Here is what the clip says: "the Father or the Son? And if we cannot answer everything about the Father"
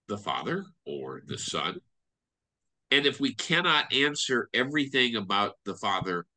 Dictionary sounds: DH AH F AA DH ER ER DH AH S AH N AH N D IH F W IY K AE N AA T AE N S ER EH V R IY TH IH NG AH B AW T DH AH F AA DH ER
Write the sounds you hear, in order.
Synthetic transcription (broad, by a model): DH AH F AA DH ER ER DH AH S AH N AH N IH F W IY K AE N AA T AE N S ER EH V R IY TH IH NG AH B AW T DH AH F AA DH ER